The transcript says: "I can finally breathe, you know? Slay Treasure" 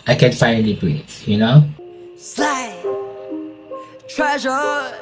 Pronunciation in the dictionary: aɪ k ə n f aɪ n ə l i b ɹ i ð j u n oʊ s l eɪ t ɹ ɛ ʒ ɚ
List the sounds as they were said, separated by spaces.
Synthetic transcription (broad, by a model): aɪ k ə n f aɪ ə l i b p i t j u n oʊ s l eɪ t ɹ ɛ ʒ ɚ